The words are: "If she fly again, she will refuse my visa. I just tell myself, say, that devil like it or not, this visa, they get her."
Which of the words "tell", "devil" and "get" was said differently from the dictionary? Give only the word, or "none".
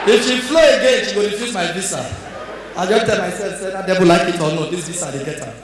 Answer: devil